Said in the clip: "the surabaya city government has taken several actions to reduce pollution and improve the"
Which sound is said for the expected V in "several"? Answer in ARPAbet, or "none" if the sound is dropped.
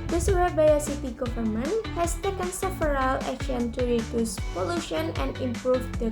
F